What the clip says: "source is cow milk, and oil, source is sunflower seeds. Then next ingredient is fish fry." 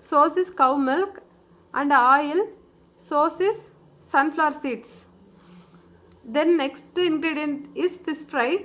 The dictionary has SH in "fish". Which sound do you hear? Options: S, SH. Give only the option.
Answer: S